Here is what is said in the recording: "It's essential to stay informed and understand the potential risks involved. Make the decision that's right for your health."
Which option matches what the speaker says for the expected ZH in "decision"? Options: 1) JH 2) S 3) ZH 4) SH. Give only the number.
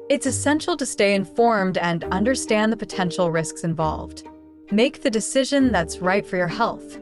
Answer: 3